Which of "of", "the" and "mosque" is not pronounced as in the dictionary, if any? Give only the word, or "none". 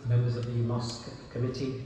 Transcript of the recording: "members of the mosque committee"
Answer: none